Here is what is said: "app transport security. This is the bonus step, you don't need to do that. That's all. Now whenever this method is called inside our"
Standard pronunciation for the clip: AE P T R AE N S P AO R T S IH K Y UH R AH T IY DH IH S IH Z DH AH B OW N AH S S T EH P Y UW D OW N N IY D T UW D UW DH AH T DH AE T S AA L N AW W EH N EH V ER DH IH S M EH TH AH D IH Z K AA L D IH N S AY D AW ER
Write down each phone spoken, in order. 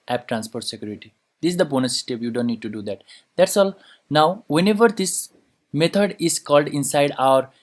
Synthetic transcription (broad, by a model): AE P T R AE N S P AO R T S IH K Y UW R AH T IY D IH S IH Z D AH B OW N AH S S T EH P Y UW D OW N N IY D T UW D UW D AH T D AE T S AA L N AW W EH N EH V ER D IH S M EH T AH D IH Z K AA L D IH N S AY D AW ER